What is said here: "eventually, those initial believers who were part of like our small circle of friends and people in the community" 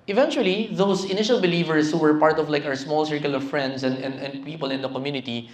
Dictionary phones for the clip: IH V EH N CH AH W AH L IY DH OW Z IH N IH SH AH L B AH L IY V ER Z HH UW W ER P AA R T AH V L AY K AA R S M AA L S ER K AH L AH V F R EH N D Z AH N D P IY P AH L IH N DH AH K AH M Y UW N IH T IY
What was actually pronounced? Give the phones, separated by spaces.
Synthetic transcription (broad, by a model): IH V EH N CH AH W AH L IY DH OW S IH N IH SH AH L B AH L IY V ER S HH UW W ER P AA R T AH V L AY K AA R S M AA L S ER K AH L AH V F R EH N D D AH N D P IY P AH L IH N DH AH K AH M Y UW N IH T IY